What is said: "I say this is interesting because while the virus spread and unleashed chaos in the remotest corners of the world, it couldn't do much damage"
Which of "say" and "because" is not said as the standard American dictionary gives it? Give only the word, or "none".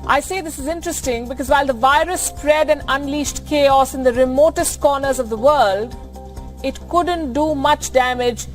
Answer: none